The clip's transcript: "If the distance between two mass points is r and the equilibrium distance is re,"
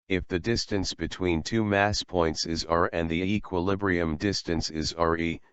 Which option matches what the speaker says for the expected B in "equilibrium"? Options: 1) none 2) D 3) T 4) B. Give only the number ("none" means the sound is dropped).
4